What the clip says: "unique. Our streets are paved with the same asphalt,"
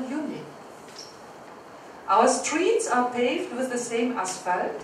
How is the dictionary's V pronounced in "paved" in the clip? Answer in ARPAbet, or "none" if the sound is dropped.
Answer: V